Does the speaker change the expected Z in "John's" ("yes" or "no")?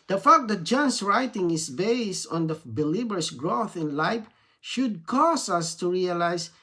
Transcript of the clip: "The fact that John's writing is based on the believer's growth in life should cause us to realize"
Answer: yes